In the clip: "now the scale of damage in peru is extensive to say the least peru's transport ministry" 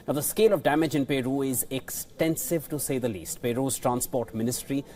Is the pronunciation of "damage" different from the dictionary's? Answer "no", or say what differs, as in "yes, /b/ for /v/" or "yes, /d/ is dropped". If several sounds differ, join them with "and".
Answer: no